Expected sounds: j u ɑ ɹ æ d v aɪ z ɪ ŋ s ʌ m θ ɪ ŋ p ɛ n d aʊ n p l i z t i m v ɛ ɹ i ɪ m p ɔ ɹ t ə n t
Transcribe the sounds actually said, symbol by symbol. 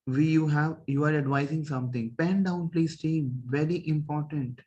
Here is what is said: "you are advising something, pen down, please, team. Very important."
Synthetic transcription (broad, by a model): j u ɑ ɹ æ d v aɪ z ɪ ŋ s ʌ m t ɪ ŋ p ɛ n d aʊ n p l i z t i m v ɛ ɹ i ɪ m p ɔ ɹ t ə n t